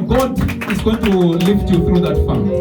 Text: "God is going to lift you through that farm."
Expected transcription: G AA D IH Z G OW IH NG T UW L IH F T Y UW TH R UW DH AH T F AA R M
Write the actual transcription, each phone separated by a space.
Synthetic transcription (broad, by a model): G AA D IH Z G OW IH NG T UW L IH F T Y UW T R UW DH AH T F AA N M